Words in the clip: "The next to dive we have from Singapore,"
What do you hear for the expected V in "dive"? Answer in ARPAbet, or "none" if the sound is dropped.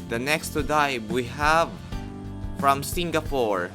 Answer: B